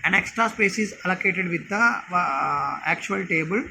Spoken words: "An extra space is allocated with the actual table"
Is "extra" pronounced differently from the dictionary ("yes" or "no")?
no